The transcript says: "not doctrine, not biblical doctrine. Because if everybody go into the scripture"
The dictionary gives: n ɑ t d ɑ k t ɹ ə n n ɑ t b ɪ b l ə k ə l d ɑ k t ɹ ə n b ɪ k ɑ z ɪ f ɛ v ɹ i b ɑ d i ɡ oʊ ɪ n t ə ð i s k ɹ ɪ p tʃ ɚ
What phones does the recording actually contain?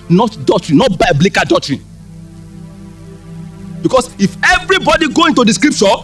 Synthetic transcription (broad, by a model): n ɑ t d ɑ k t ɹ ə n n ɑ t b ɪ b l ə k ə d ɑ k t ɹ ə n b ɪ k ɑ s ɪ f ɛ v ɹ i b ɑ d i ɡ oʊ ɪ n t ə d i s k ɹ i p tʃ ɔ